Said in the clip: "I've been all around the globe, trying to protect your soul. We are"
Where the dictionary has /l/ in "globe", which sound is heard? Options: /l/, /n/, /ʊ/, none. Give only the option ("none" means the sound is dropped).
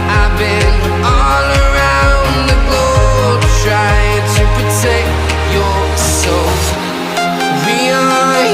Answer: none